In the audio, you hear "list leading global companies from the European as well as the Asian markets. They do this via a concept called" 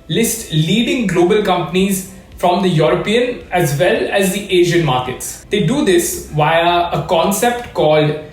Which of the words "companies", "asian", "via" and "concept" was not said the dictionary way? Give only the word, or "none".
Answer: none